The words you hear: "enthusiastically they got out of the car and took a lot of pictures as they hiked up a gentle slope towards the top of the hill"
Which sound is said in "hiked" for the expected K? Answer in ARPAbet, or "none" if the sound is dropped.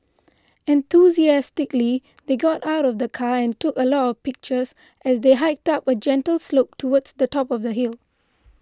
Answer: K